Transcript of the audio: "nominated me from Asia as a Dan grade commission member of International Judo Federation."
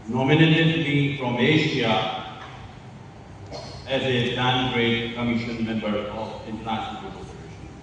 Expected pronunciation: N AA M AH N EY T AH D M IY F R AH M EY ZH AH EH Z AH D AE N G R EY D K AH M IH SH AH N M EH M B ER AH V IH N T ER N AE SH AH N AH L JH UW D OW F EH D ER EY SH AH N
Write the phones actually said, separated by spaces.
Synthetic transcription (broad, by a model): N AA M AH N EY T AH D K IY F R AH M EY SH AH EH Z AH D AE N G R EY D K AH M IH SH AH N M EH M B ER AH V IH N T ER N AE SH AH N AH L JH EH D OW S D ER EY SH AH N